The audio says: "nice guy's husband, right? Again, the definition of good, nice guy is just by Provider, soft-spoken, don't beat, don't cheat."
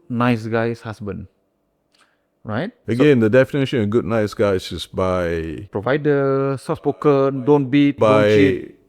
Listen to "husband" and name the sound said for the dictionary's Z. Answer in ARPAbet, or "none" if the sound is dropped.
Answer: S